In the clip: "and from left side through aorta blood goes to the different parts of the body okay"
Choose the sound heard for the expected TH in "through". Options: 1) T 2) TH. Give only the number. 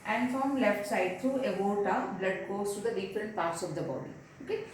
1